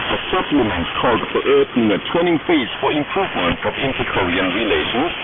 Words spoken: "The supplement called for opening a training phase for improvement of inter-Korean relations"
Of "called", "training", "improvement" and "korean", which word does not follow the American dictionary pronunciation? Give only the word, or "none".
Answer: training